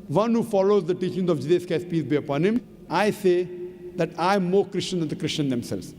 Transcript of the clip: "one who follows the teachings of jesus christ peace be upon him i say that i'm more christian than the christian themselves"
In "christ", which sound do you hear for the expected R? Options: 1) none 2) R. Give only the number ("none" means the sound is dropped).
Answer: 1